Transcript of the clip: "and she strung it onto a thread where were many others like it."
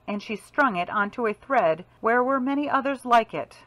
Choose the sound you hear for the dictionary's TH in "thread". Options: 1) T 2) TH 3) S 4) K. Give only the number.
2